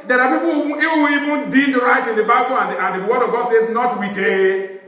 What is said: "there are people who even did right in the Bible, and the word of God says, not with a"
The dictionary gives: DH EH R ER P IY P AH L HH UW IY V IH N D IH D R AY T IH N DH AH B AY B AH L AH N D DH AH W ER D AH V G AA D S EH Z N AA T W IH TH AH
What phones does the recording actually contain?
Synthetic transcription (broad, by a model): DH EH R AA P IY P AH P HH UW IY V IH N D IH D R AY T IH N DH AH B AY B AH N AH N D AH W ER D AH V G AA D S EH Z N AA T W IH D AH